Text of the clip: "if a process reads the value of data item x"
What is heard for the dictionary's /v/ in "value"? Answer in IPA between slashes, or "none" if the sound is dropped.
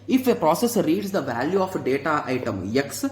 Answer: /v/